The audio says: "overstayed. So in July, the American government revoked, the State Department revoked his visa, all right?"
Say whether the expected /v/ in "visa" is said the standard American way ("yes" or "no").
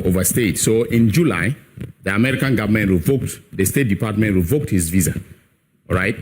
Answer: yes